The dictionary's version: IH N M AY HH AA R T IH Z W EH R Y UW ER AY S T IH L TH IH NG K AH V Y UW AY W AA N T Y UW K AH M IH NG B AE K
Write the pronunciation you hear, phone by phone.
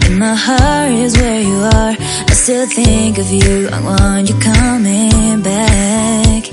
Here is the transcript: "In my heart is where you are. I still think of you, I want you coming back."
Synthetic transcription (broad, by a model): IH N M AY HH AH R IH Z W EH R Y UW ER AY S T IH L TH IH NG K AH V Y UW AY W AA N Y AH K AH M IH NG B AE K